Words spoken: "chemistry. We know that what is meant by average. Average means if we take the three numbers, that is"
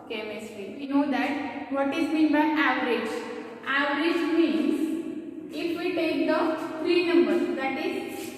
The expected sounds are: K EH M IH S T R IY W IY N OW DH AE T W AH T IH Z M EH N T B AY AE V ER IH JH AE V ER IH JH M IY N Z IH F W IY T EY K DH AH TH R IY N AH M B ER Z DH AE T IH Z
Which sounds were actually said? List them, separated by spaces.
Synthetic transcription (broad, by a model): K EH M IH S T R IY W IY N OW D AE T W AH T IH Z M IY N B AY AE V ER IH JH AE V ER IH JH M IY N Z IH F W IY T EY K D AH F R IY N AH M B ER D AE T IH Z